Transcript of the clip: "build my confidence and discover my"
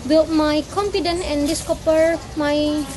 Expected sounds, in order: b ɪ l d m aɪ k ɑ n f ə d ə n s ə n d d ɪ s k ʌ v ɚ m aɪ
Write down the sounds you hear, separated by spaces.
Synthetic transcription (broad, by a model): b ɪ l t m aɪ k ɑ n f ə d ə n ə n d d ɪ s k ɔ p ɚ m aɪ